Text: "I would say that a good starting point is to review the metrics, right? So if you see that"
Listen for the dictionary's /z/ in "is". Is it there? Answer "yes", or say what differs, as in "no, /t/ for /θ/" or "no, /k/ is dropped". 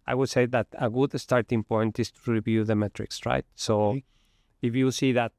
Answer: no, /s/ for /z/